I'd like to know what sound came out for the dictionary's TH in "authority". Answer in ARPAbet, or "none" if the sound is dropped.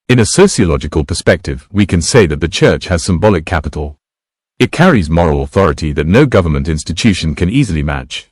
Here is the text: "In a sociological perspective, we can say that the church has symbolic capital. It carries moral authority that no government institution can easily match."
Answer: TH